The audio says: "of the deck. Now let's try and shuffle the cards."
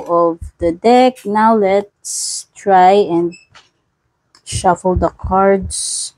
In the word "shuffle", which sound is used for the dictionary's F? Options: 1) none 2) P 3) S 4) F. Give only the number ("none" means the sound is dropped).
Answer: 4